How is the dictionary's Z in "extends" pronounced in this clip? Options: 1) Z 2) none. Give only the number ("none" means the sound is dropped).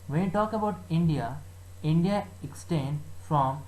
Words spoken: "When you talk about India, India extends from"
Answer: 2